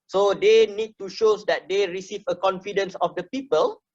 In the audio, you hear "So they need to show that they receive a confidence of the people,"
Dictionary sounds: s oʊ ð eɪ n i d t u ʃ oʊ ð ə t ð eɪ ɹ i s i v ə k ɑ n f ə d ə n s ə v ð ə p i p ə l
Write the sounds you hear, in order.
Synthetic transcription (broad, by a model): s oʊ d eɪ n i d t u ʃ oʊ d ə t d eɪ ɹ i s i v ə k ɑ n f ə d ə n s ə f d ə p i p ə l